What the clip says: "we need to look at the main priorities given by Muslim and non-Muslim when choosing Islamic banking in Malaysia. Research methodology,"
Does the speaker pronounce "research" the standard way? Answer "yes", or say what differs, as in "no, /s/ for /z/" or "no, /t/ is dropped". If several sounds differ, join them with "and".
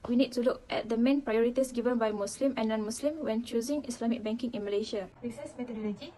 no, /s/ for /tʃ/